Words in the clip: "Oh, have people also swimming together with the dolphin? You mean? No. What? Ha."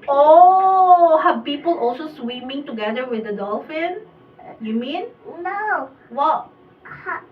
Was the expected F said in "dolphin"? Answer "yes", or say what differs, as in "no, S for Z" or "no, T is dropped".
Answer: yes